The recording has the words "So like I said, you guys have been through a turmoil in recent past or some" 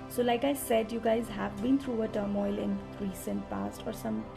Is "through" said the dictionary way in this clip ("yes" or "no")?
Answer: no